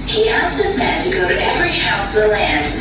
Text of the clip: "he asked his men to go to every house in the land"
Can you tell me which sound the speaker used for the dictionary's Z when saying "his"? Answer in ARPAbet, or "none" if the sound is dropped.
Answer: Z